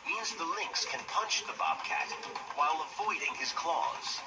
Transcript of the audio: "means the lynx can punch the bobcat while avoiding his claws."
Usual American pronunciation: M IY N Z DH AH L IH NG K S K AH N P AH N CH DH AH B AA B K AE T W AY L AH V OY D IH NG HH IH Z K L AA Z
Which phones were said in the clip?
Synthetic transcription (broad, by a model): M IY N Z DH AH L IH NG K S K AH N P AH N CH DH AH B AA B K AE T W AY L AH V OY D IH NG IH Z K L AA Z